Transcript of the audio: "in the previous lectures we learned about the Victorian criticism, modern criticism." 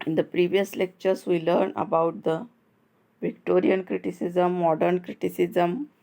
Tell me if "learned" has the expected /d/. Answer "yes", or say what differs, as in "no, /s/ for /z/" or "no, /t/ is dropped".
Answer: no, /d/ is dropped